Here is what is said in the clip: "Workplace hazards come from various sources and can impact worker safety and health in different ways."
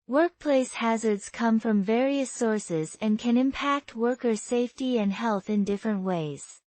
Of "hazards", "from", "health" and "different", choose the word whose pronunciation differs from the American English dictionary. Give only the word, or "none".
none